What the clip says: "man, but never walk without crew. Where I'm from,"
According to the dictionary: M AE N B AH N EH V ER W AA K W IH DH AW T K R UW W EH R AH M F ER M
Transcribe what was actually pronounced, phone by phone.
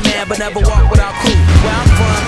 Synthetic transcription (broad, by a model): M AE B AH N EH V ER W AA K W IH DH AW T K UW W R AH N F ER